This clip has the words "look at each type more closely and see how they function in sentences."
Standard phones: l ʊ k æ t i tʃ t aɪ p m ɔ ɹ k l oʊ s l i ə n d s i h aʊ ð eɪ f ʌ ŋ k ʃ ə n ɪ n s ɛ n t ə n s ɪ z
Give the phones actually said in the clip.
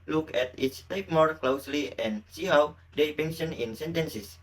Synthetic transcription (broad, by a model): l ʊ k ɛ t i tʃ t aɪ p m ɔ ɹ k l oʊ s l i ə n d s i h aʊ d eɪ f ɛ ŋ ʃ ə n ɪ n s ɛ n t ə n s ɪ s